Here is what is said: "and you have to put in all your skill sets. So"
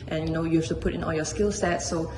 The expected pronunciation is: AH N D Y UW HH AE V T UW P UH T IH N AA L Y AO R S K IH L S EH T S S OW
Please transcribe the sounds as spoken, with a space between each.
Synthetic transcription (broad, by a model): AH N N Y UW HH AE F T UW P UH T IH N AA L Y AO S K IH L S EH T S S OW